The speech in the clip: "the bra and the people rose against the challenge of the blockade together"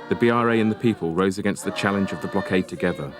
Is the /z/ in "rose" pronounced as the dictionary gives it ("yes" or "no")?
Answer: yes